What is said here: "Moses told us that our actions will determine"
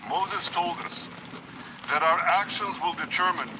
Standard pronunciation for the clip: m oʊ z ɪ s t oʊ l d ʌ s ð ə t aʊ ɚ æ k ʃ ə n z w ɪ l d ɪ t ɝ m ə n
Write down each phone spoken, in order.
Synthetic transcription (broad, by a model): m oʊ z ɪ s t oʊ l d ʌ s ð ə t aʊ ɚ æ k ʃ ə n z w ɪ l d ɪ t ɝ m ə n